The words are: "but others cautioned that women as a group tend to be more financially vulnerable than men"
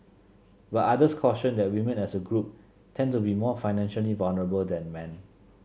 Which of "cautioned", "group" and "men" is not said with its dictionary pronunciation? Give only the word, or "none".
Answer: cautioned